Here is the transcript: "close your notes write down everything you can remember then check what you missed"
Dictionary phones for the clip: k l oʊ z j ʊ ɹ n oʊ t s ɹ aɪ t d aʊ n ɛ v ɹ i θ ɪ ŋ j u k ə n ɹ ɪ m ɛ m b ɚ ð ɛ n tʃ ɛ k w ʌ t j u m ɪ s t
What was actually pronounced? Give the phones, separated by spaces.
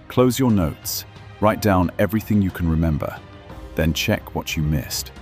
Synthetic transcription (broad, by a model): k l oʊ z j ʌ ɹ n oʊ t s ɹ aɪ t d aʊ n ɛ v ɹ i θ ɪ ŋ j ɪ k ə n ɹ ɪ m ɛ m b ɚ ð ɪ n tʃ ɛ k w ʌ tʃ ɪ m ɪ s t